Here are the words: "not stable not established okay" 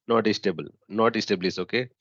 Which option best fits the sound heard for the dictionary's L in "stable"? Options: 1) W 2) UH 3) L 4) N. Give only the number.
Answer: 3